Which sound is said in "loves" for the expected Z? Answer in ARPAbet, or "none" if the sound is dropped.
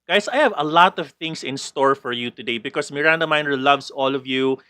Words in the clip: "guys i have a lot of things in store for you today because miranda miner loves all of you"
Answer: S